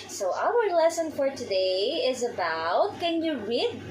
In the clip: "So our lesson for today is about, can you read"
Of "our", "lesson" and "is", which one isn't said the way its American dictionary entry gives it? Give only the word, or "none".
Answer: none